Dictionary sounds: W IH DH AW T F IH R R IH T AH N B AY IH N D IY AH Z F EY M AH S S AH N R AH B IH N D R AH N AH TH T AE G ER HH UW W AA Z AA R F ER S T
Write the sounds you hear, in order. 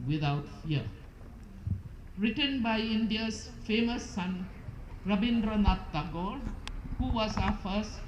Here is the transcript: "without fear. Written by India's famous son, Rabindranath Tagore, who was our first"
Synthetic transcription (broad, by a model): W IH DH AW T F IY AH R IH T AH N B AY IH N D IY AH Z F EY M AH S S AH N R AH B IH N D R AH N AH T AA G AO HH UW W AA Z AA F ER S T